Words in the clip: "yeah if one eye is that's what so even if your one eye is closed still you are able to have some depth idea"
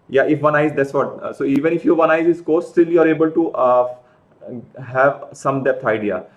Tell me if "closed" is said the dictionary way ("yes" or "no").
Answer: no